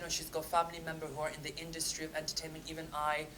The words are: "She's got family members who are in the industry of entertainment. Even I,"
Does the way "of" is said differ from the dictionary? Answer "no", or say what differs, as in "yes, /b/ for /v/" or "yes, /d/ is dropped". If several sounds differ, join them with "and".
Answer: no